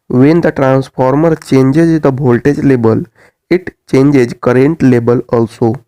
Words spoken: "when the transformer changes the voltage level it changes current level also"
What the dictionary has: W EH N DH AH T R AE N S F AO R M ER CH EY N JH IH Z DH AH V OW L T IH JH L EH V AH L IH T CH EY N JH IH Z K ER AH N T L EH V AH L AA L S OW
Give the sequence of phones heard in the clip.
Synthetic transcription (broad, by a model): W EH N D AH T R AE N S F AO R M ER CH EY N JH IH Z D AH B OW L T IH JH L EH B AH L IH T CH EY N JH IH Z K ER AH N T L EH B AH L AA L S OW